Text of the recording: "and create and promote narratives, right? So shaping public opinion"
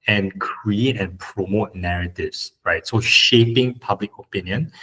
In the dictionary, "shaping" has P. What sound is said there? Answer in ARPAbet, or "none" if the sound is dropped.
P